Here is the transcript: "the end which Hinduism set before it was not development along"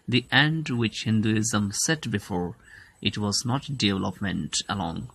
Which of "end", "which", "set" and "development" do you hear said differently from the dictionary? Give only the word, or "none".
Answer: none